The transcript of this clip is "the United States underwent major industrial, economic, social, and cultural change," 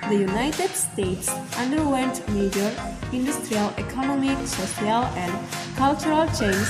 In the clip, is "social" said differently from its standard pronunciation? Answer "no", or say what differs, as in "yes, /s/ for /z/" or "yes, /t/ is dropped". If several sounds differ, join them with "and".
yes, /s/ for /ʃ/